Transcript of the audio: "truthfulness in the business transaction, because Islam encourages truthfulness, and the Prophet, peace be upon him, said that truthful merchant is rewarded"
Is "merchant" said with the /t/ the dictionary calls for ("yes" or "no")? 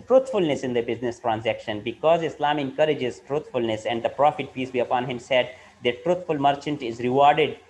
yes